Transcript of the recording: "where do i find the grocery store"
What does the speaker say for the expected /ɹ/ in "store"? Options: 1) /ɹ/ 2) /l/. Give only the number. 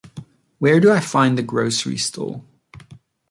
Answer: 2